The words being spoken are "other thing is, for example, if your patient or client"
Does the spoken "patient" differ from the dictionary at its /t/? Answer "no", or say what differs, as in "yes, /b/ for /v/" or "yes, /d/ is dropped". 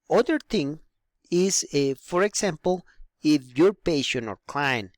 yes, /t/ is dropped